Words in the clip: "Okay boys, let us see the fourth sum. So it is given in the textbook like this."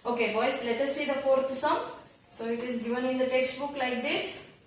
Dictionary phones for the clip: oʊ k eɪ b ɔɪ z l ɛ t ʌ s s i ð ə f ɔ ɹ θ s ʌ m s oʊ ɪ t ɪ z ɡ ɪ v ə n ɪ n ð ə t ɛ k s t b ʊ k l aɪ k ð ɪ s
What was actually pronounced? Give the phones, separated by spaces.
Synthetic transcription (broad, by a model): oʊ k eɪ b ɔɪ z l ɛ t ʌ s s i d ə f ɔ ɹ t s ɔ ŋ s oʊ ɪ t ɪ z ɡ ɪ v ə n ɪ n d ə t ɛ k s t b ʊ k l aɪ k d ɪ s